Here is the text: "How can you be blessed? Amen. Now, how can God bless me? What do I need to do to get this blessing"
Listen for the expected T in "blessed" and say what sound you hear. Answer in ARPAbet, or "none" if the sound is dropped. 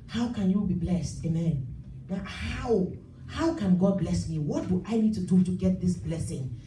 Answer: T